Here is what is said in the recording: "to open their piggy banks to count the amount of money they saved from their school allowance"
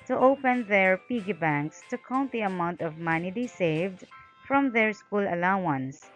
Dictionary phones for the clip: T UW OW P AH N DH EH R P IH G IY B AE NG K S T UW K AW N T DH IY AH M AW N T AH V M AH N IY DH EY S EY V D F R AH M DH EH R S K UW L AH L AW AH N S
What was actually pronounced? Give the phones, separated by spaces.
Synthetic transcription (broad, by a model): T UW OW P AH N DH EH R P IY G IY B AE NG K S T UW K AW N T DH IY AH M AW N T AH V M AH N IY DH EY S EY V D F R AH M DH EH R S K UW L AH L AW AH N S